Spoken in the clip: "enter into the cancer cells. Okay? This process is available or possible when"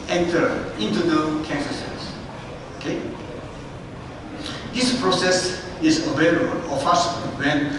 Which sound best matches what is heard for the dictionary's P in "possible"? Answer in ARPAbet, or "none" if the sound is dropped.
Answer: F